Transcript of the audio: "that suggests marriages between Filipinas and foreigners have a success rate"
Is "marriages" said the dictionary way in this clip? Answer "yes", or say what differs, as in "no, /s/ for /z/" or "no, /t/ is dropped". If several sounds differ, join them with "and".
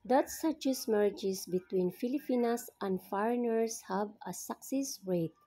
no, /s/ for /z/